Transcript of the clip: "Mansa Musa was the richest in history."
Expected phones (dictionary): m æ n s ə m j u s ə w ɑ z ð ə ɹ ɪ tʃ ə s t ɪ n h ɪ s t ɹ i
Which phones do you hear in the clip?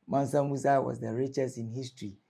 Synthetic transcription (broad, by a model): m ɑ n s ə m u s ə w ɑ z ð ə ɹ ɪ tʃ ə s ɪ n h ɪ s t ɹ i